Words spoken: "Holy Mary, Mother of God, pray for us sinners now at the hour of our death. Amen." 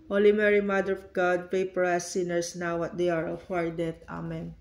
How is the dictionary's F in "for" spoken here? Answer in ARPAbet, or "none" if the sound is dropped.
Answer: P